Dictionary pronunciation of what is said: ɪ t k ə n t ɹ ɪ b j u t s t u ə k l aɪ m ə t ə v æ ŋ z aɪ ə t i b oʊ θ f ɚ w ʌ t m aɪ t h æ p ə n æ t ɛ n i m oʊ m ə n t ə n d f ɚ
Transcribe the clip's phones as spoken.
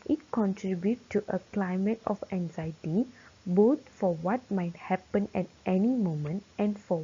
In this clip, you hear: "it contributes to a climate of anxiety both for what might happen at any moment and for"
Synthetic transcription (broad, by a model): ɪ t k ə n t ɹ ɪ b j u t t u ə k l aɪ m ə t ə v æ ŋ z aɪ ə t i b oʊ t f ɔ w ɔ t m aɪ t h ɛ p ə n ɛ t ɛ n i m oʊ m ə n t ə n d f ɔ